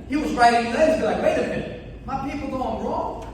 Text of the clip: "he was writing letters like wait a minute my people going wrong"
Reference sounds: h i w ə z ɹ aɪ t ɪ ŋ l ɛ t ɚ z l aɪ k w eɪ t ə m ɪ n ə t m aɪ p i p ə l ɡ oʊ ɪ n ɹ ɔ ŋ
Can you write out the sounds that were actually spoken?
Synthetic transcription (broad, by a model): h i w ə z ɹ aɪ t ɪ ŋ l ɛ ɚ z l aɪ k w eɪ ə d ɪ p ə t m aɪ p i p l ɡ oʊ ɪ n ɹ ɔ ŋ